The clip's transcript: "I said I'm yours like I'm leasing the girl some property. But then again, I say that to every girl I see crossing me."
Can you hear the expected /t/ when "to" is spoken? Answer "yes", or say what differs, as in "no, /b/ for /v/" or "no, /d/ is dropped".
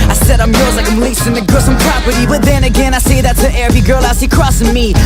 no, /s/ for /t/